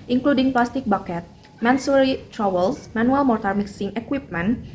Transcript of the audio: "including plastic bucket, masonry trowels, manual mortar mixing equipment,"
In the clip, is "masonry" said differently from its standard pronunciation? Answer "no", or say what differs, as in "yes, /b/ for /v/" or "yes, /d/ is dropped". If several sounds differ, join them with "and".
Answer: yes, /n/ is dropped